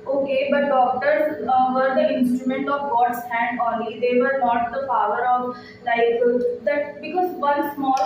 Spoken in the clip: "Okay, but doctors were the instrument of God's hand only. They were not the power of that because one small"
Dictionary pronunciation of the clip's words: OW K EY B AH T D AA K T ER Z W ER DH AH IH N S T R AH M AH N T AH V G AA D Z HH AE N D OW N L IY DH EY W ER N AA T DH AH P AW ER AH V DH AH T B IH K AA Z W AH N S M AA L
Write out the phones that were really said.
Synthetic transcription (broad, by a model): OW K EY B AH T D AA K T ER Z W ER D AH IH N S T R AH M AH N T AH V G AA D S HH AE N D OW L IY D EY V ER N AA T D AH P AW ER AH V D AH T B IH K AA Z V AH N S M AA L